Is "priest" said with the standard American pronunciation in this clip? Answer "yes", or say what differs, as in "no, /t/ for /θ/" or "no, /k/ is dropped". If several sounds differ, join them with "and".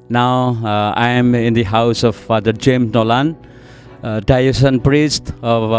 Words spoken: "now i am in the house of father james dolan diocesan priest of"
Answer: yes